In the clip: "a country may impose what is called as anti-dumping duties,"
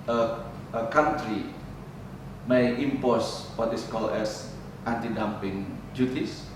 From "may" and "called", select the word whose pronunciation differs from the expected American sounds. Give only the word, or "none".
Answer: called